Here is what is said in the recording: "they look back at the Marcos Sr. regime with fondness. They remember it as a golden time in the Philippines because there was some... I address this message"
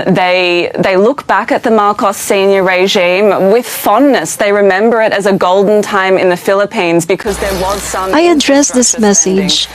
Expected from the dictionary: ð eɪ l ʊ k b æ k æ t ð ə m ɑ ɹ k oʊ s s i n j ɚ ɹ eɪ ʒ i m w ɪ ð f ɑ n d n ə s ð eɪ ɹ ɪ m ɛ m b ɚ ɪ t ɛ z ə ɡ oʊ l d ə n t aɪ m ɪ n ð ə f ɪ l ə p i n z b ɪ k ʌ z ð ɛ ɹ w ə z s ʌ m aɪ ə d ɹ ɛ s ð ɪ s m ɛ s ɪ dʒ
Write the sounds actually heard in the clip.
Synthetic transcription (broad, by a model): ð eɪ l ʊ k b æ k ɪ t ð ə m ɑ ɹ k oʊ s s i n j ɚ ɹ eɪ ʒ i m w ɪ ð f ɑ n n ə s ð eɪ ɹ ɪ m ɛ m b ɚ ɪ t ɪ z ə ɡ oʊ l d n t aɪ m ɪ n ð ə f ɪ l ə p i n z b ɪ k ʌ z ð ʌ ɹ w ə z s ʌ m aɪ ə d ɹ ɛ s ð ɪ s m ɛ s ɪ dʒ